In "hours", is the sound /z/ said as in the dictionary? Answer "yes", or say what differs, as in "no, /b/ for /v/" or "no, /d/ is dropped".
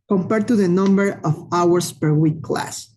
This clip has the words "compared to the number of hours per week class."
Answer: no, /s/ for /z/